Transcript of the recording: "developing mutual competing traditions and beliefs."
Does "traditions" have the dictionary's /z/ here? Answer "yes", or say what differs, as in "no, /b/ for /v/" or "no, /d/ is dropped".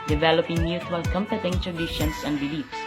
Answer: no, /s/ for /z/